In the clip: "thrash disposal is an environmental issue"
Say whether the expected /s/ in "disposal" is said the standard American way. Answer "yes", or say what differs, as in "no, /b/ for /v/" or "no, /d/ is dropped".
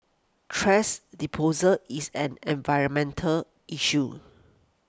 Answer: no, /s/ is dropped